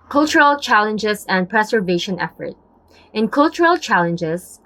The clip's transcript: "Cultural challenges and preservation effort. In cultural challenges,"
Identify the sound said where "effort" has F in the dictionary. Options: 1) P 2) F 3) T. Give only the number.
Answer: 2